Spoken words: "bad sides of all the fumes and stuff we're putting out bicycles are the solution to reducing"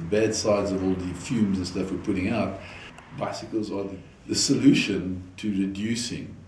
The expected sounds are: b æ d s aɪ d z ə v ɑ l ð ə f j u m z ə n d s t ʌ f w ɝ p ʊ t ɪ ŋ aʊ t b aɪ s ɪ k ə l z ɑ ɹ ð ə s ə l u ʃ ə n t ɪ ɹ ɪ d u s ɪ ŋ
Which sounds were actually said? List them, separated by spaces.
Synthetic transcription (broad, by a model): b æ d s aɪ d z ə v ɑ l ð ə f j u m z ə n s t ʌ f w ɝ p ʊ t ɪ ŋ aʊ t b aɪ s ɪ k ə l z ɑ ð ð ə s ə l u ʃ ə n t ɪ ɹ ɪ d u s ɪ ŋ